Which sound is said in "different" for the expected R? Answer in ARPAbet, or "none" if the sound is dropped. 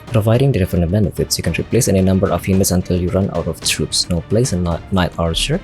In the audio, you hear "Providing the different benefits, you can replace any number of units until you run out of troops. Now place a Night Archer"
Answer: none